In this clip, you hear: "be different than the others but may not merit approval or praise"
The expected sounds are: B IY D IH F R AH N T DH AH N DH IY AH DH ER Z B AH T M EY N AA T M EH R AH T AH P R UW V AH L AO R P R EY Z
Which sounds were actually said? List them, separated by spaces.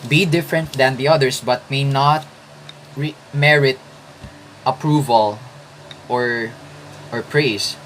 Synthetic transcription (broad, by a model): B IY D IH F R AH N T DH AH N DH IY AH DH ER S B AH T M EY N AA T M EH R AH T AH P R UW V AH L AO R P R EY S